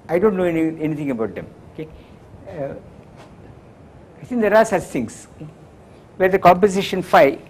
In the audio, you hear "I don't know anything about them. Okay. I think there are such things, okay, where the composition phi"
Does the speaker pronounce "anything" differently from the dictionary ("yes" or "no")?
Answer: yes